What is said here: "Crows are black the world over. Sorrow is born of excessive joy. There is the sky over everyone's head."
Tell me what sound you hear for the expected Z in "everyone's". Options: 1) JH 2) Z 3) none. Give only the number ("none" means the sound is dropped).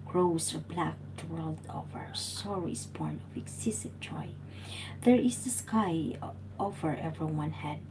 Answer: 3